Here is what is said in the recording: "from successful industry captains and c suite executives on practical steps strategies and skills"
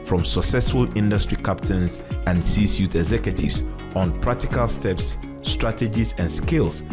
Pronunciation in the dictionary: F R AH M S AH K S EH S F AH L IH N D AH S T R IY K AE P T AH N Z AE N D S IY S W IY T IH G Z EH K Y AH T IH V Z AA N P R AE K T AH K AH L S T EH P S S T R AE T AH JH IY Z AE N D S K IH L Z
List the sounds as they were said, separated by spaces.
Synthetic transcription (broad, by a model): F R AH M S AH K S EH S F AH L IH N D AH S T R IY K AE P T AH N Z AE N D S IY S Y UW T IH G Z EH K Y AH T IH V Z AA N P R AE K T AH K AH L S T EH P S S T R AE T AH JH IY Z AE N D S K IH L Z